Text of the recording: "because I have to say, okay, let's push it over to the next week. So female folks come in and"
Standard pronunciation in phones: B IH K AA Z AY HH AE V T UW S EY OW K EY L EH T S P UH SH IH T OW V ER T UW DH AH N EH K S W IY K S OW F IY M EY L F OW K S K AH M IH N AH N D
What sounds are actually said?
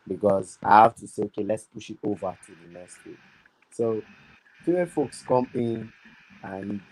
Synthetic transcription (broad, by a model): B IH K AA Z AY HH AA F T UW S EY OW K EY L EH T S P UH SH IH T OW V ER T UW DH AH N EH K S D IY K S OW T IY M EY F OW K S K AH M IH N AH N